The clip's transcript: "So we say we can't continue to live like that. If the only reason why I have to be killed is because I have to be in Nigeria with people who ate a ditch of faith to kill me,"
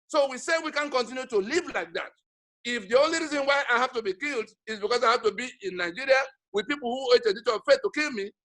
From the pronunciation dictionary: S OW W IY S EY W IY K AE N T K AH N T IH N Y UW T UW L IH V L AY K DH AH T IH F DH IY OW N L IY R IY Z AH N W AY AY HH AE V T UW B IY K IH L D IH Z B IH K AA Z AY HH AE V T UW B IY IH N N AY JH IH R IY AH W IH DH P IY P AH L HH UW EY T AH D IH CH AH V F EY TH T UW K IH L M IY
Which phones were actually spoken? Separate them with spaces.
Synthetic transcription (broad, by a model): S OW W IY S EY W IY K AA N K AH N T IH N Y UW T UW L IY V L AY K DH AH T IH F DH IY OW N L IY R IY Z AH N W AY AY HH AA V T UW B IY K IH L D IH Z B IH K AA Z AY HH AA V T UW B IY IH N N AY JH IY R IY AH W IH DH P IY P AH L HH UW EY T AH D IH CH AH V F EY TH T UW K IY L M IY